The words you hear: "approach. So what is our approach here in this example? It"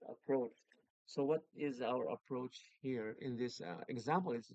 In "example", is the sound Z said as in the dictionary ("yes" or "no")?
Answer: yes